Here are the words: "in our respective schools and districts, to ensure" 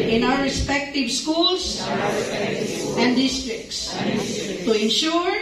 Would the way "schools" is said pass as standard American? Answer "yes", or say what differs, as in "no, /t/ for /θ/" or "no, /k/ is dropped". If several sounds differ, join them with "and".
no, /s/ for /z/